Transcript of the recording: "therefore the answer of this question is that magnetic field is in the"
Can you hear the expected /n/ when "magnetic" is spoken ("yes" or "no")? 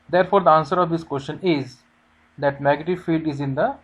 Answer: no